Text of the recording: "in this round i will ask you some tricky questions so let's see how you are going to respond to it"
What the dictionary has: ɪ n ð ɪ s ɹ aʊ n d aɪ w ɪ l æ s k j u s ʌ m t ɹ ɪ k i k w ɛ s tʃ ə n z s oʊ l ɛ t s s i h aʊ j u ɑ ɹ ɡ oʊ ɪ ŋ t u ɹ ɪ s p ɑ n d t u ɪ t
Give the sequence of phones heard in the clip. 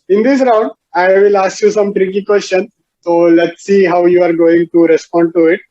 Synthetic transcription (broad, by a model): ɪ n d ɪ s ɹ aʊ n d aɪ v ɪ l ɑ s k j u s ʌ m t ɹ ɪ k i k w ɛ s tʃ ə n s oʊ l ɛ t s s i h aʊ j u ɑ ɹ ɡ oʊ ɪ ŋ t u ɹ ɪ s p ɑ n d t u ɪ t